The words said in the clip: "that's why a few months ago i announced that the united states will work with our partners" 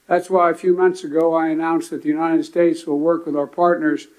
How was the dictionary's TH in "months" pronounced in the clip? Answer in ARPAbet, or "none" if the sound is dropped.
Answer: TH